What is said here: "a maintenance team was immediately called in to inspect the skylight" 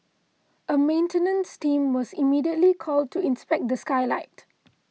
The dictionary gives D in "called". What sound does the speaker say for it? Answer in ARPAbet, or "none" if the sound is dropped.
D